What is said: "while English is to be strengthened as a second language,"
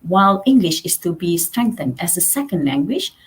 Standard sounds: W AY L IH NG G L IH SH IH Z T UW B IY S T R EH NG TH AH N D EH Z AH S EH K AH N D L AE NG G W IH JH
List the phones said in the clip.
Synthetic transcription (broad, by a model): W AY L IH NG G L IH SH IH S T UW B IY S T R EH NG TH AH N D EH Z AH S EH K AH N D L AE NG G W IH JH